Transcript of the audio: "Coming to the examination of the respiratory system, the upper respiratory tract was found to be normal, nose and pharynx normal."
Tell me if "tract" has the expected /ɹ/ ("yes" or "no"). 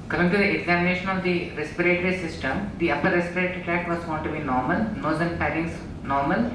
no